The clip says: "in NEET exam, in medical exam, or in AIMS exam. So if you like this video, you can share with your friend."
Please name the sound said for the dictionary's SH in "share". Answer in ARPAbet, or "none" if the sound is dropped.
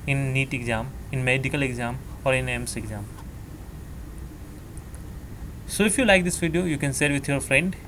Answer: S